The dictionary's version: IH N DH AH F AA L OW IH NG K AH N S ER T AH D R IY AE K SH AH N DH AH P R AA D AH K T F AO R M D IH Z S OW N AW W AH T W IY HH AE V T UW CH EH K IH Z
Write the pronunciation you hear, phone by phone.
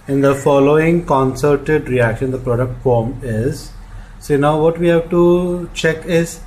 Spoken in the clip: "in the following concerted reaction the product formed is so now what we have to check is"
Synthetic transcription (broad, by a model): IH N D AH F AA L OW IH NG K AH N S ER T AH D R IY AE K SH AH N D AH P R AA D AH K T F AO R M IH Z S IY N AW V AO T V IY HH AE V T UW CH EH K IH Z